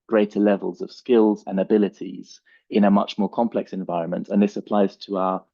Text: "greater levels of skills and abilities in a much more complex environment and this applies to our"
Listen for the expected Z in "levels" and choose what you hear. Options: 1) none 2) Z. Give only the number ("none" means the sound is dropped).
2